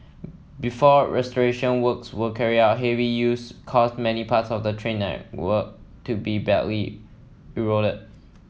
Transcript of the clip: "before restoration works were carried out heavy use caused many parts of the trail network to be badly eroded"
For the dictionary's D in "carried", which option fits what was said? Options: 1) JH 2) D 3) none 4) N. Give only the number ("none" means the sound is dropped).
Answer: 3